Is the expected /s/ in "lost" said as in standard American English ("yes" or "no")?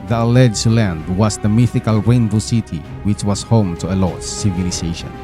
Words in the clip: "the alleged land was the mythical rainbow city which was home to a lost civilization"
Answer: no